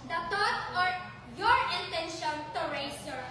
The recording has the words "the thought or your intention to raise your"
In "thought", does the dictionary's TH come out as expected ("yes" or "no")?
no